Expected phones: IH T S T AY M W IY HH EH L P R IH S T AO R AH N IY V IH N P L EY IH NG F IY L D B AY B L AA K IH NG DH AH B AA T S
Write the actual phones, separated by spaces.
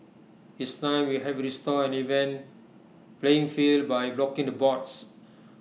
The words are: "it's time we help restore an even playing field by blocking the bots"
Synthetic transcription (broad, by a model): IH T S T AY M W IY HH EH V R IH S T AO AH N IY V IH N P L EY IH NG F IY L D B AY B L AA K IH NG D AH B AA T S